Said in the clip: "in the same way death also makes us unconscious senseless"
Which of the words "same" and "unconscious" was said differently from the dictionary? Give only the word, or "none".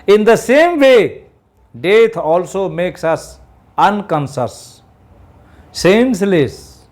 unconscious